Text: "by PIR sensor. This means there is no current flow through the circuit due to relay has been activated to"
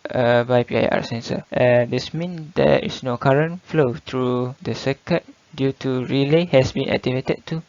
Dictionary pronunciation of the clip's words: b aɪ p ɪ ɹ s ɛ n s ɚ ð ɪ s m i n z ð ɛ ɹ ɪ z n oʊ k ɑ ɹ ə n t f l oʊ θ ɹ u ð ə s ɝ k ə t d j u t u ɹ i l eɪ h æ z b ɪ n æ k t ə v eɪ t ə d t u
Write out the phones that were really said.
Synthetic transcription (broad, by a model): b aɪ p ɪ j s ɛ n s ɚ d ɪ s m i n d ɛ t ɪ s n oʊ k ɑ ɹ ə n f l oʊ t ɹ u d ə s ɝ k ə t d j u t u ɹ i l eɪ h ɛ s b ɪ n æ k t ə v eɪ t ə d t u